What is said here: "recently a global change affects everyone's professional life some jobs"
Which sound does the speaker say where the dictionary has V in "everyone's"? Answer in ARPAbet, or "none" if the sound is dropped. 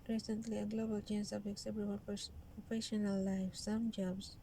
P